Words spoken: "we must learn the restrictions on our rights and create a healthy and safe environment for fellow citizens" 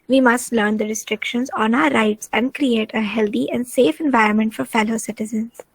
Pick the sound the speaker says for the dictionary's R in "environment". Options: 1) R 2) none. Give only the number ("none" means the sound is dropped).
1